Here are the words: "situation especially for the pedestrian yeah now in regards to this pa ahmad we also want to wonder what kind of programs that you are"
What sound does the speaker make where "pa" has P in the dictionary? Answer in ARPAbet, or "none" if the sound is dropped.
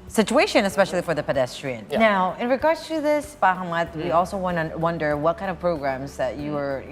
B